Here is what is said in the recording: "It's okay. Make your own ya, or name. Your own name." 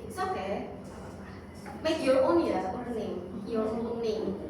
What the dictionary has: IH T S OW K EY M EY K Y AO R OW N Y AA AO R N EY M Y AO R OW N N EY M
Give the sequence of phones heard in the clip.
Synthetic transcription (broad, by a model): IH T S OW K EY M EY K Y AO R OW N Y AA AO L N EY M Y AO R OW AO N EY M